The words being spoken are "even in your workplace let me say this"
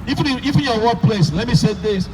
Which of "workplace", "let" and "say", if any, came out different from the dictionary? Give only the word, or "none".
workplace